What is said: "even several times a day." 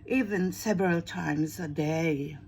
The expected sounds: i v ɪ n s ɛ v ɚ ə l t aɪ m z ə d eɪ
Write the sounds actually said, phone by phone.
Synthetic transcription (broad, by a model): i v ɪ n s ɛ v ɚ ə l t aɪ m z ə d eɪ